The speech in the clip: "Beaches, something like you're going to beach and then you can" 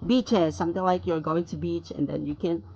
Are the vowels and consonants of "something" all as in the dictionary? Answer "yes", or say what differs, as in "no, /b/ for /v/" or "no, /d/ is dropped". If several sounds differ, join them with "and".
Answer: no, /t/ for /θ/